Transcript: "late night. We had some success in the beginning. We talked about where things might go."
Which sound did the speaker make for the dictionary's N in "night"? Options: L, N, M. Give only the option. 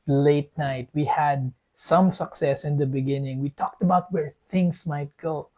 N